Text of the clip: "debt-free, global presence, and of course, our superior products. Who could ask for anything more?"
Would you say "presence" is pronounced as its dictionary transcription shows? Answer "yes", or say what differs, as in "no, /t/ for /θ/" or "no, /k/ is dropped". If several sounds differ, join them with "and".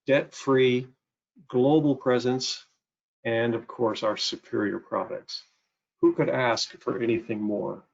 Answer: yes